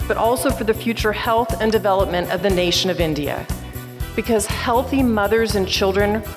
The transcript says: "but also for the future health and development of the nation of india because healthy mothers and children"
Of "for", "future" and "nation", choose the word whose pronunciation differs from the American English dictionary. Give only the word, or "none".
none